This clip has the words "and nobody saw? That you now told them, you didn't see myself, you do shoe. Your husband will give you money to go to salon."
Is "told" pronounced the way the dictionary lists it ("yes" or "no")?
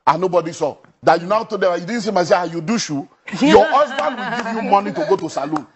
no